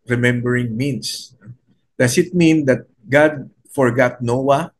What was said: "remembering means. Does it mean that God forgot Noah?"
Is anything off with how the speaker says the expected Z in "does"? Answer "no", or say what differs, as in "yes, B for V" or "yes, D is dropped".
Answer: yes, S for Z